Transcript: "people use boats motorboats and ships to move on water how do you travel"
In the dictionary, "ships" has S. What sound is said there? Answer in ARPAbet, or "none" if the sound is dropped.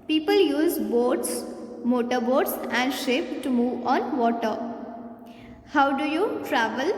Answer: none